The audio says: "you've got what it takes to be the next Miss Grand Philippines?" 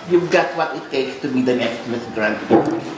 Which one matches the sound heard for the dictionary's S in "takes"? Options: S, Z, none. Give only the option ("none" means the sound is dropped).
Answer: S